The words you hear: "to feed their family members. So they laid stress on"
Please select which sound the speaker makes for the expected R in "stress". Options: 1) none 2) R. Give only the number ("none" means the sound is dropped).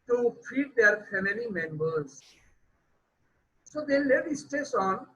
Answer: 1